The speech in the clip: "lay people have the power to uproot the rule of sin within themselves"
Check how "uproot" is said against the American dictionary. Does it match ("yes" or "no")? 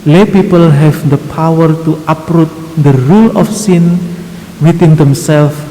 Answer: yes